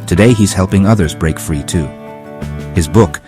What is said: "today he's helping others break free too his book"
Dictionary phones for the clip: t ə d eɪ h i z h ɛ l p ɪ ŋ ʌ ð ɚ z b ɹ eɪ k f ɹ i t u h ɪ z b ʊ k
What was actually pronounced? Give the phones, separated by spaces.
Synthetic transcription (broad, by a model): t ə d eɪ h i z h ɛ l p ɪ ŋ ʌ ð ɚ z b ɹ eɪ k f ɹ i t u h ɪ z b ʊ k